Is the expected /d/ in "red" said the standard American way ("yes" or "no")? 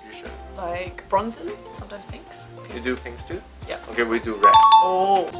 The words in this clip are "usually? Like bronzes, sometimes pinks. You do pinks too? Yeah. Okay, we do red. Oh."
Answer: no